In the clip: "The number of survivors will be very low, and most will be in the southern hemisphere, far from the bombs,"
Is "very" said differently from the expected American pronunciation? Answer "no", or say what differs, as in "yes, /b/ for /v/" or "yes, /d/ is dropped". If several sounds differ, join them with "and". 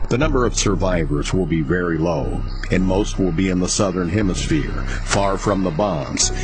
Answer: no